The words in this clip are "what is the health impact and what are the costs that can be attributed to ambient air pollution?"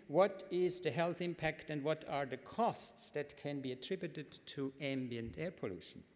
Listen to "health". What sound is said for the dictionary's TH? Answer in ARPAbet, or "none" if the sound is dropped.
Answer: TH